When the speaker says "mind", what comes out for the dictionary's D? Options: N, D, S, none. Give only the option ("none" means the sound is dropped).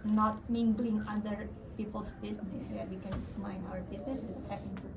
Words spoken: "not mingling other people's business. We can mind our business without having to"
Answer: none